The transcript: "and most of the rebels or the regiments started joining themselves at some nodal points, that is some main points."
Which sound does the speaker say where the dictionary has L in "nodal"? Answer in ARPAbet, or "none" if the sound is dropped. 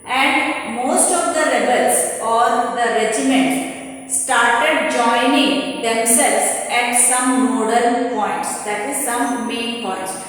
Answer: N